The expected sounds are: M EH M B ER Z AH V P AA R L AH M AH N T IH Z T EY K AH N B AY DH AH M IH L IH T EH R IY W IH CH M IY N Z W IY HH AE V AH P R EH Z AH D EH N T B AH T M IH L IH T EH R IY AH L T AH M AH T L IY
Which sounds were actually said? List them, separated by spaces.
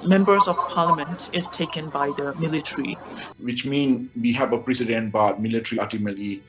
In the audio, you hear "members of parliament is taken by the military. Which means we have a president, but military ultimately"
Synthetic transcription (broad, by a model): M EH M B ER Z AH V P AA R L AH M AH N T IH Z T EY K AH N B AY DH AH M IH L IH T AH R IY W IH CH M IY N W IY HH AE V AH P R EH S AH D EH N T B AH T M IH L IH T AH R IY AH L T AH M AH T L IY